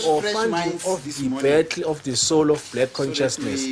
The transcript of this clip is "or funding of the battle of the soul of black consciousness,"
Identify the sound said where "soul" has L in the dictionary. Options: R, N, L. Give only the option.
L